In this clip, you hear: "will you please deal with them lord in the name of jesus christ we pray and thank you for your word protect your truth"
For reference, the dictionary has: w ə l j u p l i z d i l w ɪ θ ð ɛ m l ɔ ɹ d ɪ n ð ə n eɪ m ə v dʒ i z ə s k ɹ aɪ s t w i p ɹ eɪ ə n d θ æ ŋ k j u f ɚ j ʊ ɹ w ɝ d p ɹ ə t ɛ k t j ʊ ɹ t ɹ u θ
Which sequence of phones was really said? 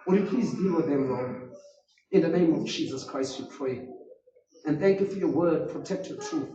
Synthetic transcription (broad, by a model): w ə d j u p l i z d i l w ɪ ð ɛ m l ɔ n ɪ n ð ə n eɪ m ə v dʒ i z ə s k ɹ aɪ s t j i p ɹ eɪ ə n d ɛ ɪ k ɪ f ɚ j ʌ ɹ w ɝ d p ɹ ə t ɛ k t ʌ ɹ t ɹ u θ